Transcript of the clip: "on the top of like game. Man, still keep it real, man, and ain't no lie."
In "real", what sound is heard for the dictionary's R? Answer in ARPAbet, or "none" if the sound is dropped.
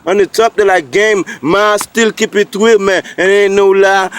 W